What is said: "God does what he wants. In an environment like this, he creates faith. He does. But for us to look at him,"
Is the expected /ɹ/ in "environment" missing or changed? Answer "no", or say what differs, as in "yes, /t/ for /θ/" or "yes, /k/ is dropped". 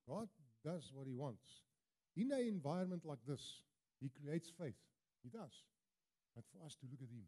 yes, /ɹ/ is dropped